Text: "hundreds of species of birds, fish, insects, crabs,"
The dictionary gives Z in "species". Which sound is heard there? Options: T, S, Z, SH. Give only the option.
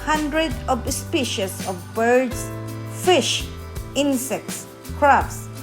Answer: S